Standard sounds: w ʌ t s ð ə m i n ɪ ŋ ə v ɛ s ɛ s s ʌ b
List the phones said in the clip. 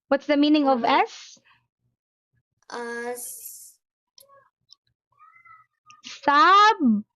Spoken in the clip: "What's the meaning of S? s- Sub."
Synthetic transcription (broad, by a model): w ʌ t s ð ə m i n ɪ ŋ ə v ɛ s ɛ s s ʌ b